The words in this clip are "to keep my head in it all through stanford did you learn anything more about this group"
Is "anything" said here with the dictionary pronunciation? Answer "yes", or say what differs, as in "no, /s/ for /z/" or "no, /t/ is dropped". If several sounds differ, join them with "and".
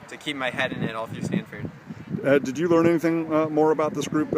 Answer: yes